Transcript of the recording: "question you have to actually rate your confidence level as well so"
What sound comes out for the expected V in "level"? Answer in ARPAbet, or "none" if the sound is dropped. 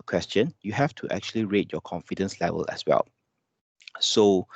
V